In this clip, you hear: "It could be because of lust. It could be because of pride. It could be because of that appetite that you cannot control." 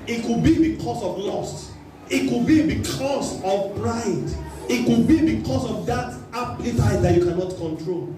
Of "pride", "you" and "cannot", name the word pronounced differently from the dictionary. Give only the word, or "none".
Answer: pride